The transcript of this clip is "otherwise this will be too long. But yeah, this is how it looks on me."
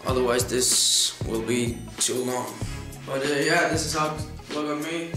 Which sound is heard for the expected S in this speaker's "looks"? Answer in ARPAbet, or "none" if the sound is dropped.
none